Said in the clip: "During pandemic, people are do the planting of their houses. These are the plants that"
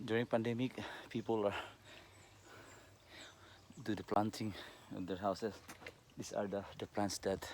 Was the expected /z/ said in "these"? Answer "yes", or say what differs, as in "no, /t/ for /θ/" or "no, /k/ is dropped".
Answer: no, /s/ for /z/